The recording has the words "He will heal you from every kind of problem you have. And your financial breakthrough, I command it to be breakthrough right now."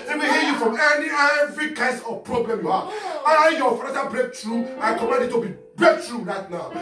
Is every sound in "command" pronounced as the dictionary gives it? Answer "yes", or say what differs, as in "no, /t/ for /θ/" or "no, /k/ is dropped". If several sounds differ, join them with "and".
no, /n/ is dropped